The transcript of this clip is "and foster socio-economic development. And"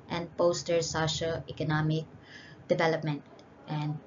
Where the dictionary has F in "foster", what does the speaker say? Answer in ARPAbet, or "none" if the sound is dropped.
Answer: P